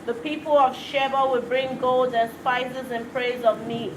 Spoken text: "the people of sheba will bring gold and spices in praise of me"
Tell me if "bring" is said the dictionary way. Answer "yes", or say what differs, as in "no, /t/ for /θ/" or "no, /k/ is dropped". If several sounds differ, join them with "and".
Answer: yes